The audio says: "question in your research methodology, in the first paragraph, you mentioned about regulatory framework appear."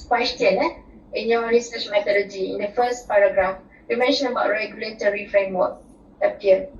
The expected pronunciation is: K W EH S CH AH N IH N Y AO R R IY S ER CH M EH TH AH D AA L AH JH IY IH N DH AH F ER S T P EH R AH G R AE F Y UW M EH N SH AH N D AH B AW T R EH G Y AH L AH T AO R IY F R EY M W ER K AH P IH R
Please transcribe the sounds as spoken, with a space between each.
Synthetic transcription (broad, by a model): K W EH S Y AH N IH N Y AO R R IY S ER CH M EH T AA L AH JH IY IH N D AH F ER S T P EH R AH G R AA F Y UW M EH N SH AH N AH B AW T R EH G Y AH L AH T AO R IY F R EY M W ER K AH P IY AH